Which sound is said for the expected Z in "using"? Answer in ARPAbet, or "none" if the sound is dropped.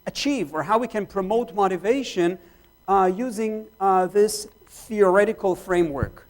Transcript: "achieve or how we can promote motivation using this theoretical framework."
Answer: Z